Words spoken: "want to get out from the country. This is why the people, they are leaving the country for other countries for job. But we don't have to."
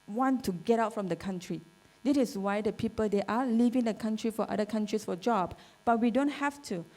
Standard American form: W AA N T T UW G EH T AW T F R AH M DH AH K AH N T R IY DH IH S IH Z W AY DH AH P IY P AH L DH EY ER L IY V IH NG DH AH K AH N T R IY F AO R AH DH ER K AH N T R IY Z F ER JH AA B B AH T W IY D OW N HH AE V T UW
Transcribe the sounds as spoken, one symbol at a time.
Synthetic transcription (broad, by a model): W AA N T T UW G EH T AW T F R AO M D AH K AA N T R IY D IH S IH S W AY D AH P IY P AH L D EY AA L IY V IH NG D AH K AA N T R IY F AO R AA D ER K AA N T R IY S F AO JH AA B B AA T W IY D OW N HH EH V T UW